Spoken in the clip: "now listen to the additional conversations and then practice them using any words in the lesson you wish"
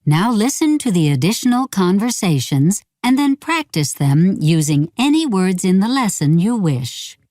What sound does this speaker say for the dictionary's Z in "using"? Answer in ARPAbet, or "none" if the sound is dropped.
Z